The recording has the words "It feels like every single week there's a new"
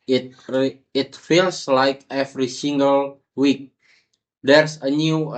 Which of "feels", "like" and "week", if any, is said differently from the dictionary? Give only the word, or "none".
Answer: feels